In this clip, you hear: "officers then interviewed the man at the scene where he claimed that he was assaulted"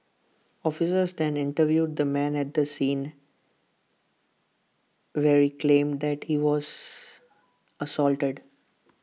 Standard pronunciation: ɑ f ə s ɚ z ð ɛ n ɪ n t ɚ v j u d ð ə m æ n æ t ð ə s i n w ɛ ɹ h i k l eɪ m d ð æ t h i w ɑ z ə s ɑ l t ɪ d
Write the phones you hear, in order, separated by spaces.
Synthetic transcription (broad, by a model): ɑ f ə s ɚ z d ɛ n ɪ n t ɚ v j u d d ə m æ n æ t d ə s i n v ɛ ɹ h i k l eɪ m d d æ t h i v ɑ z ə s ɑ l t ɪ d